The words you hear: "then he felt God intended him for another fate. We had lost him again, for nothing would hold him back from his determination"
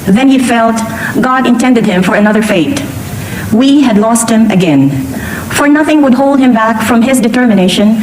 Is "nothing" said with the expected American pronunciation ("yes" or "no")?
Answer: yes